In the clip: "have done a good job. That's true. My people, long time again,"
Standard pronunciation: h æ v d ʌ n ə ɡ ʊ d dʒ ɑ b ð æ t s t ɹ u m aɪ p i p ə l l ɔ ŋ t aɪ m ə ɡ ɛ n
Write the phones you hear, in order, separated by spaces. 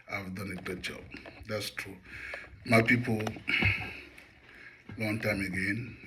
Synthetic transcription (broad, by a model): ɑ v d ʌ n ə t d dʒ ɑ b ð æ t s t ɹ u m aɪ p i p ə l w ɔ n t aɪ m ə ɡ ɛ n